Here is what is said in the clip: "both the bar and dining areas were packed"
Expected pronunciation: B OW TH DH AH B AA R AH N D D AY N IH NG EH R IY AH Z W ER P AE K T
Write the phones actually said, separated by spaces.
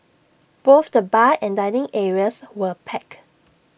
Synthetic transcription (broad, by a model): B OW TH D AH B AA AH N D D AY N IH NG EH R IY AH S W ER P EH K